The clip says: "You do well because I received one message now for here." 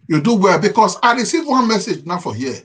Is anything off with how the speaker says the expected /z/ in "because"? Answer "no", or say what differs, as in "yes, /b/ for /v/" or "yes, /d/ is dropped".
yes, /s/ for /z/